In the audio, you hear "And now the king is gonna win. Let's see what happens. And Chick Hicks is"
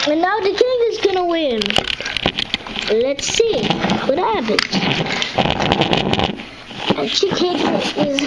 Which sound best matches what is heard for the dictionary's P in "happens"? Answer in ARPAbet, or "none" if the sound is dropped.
B